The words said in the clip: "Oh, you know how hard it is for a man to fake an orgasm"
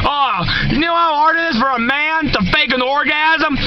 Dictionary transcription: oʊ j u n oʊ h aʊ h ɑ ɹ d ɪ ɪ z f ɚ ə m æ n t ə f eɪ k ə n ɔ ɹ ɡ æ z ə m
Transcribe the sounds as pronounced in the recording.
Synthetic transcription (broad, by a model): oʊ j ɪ n oʊ h aʊ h ɑ ɹ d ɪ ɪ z f ɚ ə m æ n t ə f eɪ k ə n ɔ ɹ ɡ æ z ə m